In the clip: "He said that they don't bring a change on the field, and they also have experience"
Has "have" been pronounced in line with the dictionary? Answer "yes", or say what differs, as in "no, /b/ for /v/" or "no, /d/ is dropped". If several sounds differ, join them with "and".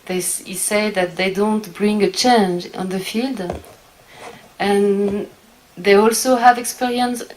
yes